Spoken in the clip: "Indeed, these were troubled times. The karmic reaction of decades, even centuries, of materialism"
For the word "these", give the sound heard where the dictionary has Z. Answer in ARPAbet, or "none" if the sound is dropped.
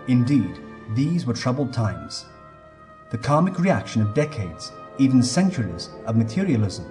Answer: Z